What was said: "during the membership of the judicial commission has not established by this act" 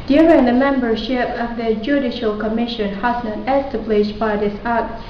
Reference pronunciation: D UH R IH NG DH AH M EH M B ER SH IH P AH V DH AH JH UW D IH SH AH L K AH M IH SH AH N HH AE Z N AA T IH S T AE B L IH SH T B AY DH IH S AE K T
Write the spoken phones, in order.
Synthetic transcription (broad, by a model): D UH R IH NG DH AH M EH M B ER SH IH P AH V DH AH JH UW D IH SH AH L K AH M IH SH AH N HH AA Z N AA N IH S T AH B L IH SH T B AY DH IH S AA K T